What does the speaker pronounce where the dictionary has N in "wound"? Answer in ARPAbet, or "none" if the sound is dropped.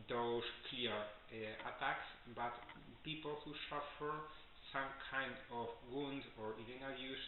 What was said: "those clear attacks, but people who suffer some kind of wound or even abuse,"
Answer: N